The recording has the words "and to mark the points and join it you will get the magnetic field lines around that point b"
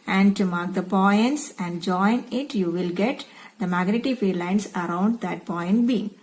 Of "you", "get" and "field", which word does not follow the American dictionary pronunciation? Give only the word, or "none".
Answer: field